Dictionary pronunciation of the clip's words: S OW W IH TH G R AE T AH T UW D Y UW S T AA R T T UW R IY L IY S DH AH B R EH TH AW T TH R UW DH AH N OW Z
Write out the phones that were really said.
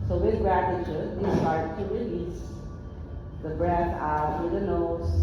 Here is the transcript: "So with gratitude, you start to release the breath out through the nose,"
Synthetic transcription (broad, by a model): S OW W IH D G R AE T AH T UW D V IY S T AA R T T UW R IY L IY S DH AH B R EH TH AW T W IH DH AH N OW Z